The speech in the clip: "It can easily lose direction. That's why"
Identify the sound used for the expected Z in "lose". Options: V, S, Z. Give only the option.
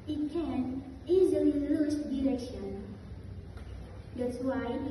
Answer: S